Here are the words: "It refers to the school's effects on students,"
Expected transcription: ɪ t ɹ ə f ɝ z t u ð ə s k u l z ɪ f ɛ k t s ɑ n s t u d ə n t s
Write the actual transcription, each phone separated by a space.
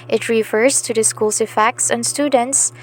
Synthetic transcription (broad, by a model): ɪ t ɹ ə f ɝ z t u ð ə s k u l s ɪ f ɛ k t s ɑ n s t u d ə n t s